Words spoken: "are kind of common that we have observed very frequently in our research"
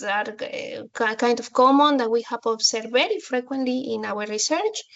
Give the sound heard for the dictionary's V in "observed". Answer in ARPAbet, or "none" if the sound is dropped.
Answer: none